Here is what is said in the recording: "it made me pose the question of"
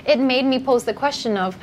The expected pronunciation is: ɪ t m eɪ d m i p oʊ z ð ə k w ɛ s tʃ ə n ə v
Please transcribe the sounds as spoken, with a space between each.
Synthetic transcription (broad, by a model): ɪ t m eɪ d m i p oʊ z ð ə k w ɛ s tʃ ə n ə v